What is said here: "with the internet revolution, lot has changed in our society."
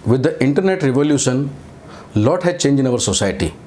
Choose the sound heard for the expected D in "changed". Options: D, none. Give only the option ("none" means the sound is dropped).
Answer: none